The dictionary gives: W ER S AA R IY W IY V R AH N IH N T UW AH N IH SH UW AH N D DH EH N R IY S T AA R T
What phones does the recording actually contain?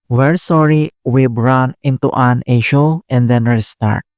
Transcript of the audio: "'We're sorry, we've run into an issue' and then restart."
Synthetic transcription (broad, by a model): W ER S AA R IY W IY B R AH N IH N T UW AH N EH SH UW AH N D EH N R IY S T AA R T